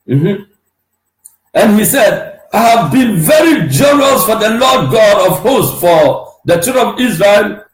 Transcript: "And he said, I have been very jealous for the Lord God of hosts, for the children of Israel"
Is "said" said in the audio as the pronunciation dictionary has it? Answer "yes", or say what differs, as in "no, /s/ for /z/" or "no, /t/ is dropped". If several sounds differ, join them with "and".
yes